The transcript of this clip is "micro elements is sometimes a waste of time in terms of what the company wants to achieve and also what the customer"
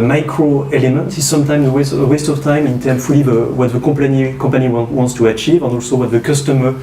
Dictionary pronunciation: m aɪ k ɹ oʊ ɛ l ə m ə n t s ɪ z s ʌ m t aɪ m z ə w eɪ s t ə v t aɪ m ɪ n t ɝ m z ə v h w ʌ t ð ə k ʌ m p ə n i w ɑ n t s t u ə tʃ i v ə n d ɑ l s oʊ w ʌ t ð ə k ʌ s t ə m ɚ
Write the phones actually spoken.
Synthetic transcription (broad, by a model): m aɪ k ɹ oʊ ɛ l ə m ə n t ɪ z s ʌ m t aɪ m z ə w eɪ s t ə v t aɪ m ɪ n t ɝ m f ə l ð w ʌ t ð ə k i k p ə n i w ɑ n t s t u ə tʃ i v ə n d ɑ l s oʊ w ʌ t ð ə k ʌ s t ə m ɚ